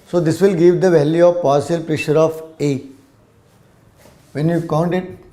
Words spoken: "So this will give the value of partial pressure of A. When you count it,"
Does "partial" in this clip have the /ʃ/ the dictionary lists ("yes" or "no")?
no